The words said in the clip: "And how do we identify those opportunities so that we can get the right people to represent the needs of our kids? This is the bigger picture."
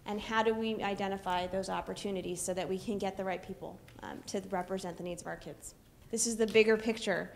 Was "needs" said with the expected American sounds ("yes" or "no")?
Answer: yes